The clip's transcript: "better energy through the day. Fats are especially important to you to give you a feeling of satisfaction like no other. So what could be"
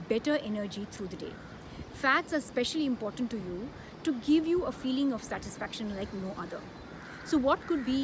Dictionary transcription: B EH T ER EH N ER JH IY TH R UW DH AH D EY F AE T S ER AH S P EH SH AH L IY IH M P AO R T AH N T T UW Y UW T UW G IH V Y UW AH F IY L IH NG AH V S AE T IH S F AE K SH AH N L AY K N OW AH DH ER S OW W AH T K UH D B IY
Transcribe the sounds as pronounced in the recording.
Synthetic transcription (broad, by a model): B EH T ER EH N ER JH IY T R UW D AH D EY F AE T S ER AH S P EH SH AH L IY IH M P AO R T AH N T T UW Y UW T UW G IH V Y UW AH F IY L IH NG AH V S AE T IH S F AE K SH AH N L AY K N OW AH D ER S OW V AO T K UH D B IY